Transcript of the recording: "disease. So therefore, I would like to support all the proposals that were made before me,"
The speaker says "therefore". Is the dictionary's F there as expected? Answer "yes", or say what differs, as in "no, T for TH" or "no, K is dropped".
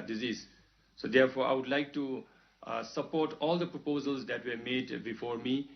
no, P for F